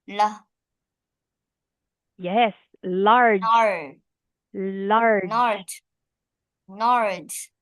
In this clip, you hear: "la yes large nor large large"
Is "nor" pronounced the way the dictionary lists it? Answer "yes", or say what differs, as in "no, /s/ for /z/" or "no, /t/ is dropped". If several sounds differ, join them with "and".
no, /l/ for /n/